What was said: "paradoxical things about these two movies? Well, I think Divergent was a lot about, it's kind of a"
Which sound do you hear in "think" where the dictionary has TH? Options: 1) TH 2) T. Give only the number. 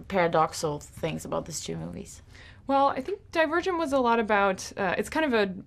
1